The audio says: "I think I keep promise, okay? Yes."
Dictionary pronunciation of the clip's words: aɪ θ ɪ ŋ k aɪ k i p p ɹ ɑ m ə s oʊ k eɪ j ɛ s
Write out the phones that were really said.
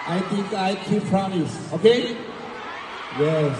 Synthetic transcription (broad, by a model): aɪ t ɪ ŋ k aɪ k i p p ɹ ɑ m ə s oʊ k eɪ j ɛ